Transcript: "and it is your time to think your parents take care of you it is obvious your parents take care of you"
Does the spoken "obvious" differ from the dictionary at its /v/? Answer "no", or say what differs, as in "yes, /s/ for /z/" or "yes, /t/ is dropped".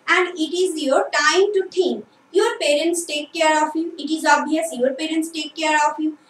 yes, /v/ is dropped